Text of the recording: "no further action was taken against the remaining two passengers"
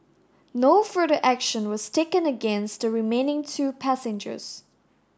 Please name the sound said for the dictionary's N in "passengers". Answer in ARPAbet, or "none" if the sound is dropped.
N